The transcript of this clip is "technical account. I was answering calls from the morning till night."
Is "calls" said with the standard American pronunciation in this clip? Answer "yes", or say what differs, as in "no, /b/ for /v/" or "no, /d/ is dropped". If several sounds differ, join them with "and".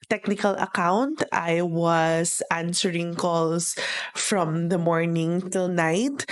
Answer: no, /s/ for /z/